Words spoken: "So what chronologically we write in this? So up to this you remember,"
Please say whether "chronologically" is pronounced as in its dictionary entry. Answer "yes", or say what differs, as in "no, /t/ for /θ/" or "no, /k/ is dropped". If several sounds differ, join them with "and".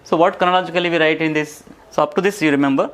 no, /ɹ/ is dropped